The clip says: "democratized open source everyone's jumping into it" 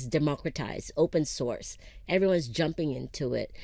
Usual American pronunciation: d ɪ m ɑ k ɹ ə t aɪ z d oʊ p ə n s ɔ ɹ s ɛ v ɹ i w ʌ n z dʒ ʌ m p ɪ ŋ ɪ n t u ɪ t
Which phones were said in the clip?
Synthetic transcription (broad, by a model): d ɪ m ɑ k ɹ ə t aɪ z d oʊ p ə n s ɔ ɹ s ɛ v ɹ i w ʌ n z dʒ ʌ m p ɪ ŋ ɪ n t u ɪ t